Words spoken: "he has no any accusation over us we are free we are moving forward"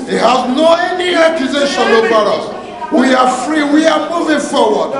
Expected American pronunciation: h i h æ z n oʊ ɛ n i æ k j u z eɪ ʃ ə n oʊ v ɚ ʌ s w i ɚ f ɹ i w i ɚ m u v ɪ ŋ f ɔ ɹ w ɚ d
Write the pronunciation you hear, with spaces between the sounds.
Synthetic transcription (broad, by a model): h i h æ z n oʊ ɛ n i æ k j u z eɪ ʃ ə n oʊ b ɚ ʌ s w i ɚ f ɹ i w i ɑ m u v ɪ ŋ f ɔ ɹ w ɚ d